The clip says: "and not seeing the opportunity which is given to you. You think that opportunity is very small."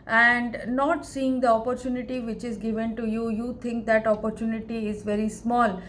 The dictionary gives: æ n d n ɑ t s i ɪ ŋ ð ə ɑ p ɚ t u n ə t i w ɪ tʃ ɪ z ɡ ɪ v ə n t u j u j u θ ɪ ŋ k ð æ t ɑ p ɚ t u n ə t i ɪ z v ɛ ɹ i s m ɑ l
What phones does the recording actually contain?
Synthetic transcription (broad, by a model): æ n d n ɑ t s i ɪ ŋ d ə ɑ p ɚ t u n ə t i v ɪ tʃ ɪ z ɡ ɪ v ə n t u j u j u t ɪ ŋ k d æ t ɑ p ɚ t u n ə t i ɪ z v ɛ ɹ i s m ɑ l